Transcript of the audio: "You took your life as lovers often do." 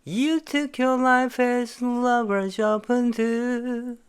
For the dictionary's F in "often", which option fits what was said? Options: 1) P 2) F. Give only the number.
1